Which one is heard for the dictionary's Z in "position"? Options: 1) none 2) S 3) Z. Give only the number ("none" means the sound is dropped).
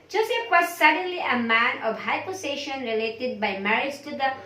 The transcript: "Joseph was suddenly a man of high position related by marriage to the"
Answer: 2